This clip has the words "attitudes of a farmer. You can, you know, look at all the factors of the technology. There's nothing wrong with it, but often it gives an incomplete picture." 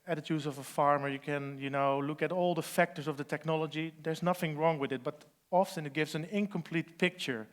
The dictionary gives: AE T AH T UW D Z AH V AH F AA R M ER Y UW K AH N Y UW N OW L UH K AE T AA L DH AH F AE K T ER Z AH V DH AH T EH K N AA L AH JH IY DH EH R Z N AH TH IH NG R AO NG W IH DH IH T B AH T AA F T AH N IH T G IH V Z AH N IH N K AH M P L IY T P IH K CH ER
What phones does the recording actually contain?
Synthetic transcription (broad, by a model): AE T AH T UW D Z AH V AH F AA R M ER Y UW K AH N Y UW N OW L UH K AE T AA L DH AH F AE K T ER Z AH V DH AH T EH K N AA L AH JH IY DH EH R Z N AH TH IH NG R AO NG W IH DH IH T B AH T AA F S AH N IH T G IH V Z AH N IH N K AH M P L IY T P IH K CH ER